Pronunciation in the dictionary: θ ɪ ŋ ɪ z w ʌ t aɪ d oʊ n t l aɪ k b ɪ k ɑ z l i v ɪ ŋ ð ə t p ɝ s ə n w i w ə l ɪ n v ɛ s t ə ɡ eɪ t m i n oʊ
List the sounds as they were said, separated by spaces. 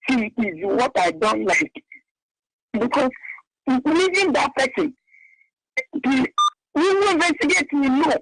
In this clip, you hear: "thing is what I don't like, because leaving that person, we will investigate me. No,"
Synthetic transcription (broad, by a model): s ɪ ɪ z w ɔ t aɪ d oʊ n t l aɪ k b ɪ k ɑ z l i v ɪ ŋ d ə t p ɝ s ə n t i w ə w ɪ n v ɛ s t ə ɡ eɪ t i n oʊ